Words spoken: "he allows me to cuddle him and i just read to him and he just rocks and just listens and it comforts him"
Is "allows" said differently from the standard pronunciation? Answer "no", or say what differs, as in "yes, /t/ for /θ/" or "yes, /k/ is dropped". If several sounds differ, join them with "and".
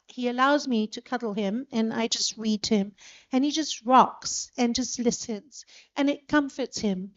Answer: no